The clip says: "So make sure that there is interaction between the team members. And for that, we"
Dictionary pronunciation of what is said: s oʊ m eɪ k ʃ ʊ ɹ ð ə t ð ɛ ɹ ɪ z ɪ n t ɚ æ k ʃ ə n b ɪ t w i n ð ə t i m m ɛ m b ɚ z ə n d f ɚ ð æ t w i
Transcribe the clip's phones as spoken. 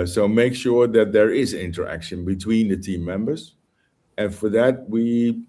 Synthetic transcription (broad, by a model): s oʊ m eɪ k ʃ ʊ ɹ ð ə t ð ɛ ɹ ɪ z ɪ n t ɚ æ k ʃ ə n b ɪ t w i n ð ə t i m m ɛ m b ɚ z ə n f ɚ ð æ t w i